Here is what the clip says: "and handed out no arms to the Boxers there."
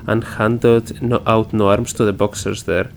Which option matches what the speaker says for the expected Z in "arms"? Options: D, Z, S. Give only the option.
S